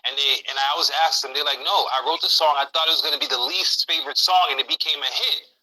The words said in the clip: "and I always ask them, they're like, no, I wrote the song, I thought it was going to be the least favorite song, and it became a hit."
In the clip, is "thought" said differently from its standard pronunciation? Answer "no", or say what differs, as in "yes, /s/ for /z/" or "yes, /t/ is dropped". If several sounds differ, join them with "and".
no